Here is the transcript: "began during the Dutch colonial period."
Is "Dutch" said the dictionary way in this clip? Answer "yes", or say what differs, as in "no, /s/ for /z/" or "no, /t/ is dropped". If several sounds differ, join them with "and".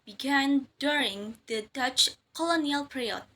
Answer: yes